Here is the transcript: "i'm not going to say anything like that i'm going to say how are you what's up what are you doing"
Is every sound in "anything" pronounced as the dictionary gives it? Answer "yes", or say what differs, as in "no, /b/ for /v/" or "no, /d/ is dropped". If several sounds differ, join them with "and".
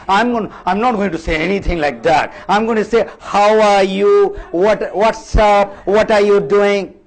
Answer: no, /t/ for /θ/